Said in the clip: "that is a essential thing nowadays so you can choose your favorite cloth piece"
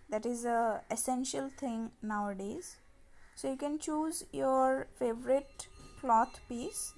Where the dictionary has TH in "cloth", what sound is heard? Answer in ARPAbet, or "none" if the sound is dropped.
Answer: T